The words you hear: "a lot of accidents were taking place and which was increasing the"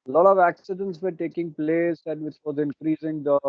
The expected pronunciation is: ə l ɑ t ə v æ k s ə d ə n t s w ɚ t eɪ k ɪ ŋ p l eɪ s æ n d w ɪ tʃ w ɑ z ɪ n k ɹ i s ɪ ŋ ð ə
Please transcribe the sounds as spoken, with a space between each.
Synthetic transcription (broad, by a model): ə l ɑ t ə v æ k s ə d ə n t s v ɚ t eɪ k ɪ ŋ p l eɪ s æ n d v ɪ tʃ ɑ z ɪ n k ɹ i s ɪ ŋ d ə